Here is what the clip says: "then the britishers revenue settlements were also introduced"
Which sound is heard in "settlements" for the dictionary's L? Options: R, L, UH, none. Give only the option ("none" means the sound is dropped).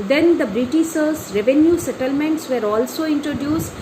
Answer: L